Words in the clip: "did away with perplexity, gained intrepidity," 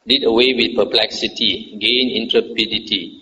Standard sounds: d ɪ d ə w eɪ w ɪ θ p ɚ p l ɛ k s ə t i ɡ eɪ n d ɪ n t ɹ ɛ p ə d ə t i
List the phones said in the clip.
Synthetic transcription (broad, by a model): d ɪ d ə w eɪ w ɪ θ p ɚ p l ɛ k s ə t i ɡ eɪ n ɪ n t ɹ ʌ p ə d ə t i